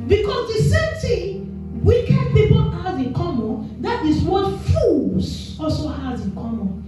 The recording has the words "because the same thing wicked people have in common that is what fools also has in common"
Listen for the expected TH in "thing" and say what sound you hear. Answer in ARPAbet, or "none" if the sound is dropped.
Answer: T